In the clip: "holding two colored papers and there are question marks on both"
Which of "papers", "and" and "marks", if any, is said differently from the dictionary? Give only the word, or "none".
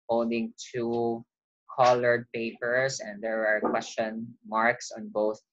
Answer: papers